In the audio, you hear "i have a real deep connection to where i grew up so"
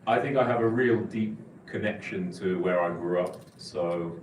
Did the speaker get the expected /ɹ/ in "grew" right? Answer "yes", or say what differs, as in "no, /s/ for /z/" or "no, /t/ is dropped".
yes